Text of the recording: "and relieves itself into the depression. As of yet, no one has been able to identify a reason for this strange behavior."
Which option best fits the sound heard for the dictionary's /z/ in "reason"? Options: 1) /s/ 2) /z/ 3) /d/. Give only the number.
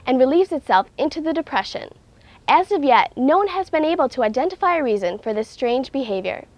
2